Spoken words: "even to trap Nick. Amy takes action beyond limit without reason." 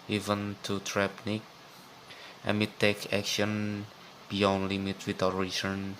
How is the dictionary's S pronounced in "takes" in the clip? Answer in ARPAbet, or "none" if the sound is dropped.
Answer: none